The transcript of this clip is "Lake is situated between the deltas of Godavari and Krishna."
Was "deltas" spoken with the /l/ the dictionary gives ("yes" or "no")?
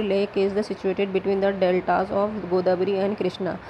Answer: yes